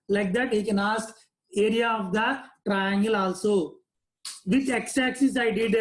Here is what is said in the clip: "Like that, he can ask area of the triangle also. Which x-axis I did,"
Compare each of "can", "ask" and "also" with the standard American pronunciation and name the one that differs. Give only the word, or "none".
ask